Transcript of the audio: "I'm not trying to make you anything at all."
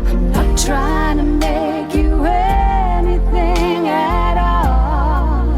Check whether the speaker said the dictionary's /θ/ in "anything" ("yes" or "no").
yes